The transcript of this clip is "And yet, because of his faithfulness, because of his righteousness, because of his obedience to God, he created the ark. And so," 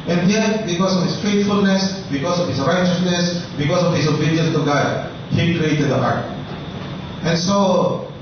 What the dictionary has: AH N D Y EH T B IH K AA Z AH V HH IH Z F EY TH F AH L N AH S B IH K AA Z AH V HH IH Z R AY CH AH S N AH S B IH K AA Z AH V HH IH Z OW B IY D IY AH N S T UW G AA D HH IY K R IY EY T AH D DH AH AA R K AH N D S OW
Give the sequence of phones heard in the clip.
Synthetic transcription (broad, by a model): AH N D Y EH T B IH K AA S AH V HH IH S F EY T F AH L N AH S B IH K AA S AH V HH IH S R AY CH AH S N AH S B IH K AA S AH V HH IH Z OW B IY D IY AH S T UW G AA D HH IY K R IY EY T AH D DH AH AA R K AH N S OW